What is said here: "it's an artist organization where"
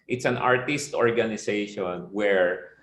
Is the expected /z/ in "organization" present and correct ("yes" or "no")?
no